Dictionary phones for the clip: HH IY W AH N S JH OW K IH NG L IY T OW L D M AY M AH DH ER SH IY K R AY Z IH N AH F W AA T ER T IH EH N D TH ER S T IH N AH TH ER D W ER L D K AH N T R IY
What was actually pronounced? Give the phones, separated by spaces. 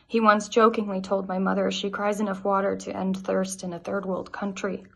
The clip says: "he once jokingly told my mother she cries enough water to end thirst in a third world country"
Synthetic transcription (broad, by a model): HH IY W AH N S JH OW K IH NG L IY T OW L D M AY M AH DH ER SH IY K R AY Z IH N AH F W AA T ER T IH EH N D TH ER S T IH N AH TH ER D W ER L D K AH N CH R IY